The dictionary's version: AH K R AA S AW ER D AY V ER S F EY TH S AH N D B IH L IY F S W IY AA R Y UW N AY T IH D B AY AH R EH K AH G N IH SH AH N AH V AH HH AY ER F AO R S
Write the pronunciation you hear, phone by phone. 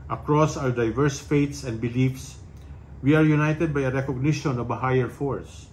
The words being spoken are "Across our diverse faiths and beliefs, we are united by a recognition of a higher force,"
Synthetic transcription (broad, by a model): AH K R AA S AW ER D AY V ER S F EY T S AH N D B IH L IY F S W IY AA R Y UW N AY T IH D B AY AH R EH K AH G N IH SH AH N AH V AH HH AY ER F AO R S